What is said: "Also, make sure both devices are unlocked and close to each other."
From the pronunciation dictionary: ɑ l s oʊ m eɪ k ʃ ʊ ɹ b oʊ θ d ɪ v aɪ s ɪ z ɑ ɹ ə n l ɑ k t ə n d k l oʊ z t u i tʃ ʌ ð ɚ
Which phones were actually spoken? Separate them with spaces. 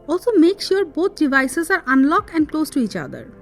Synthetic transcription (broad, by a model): ɑ l s oʊ m eɪ k ʃ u ɹ b oʊ t d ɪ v aɪ s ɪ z ɑ ɹ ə n l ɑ k ə n d k l oʊ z t u i tʃ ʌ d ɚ